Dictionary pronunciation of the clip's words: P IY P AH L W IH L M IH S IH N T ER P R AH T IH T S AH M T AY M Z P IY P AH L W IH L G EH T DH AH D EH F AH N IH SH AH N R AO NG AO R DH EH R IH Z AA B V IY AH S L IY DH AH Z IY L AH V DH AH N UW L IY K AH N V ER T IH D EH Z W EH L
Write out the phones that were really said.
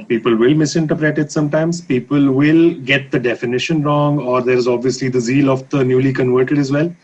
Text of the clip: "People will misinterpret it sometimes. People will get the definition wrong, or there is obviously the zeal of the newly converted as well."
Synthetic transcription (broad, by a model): P IY P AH L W IH L M IH S IH N T ER P R AH T IH T S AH M T AY M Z P IY P AH L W IH L G EH T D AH D EH F AH N IH SH AH N R AO NG AO R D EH R IH Z AA B V IY AH S L IY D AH Z IY L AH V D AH N UW L IY K AH N V ER T IH D EH Z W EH L